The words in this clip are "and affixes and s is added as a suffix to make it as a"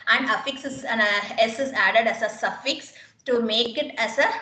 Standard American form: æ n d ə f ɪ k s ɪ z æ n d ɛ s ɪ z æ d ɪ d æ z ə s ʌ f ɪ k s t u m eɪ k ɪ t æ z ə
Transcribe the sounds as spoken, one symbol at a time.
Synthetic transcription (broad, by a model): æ n d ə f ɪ k s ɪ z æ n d ɛ s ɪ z æ d ɪ d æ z ə s ʌ f ɪ k s t u m eɪ k ɪ t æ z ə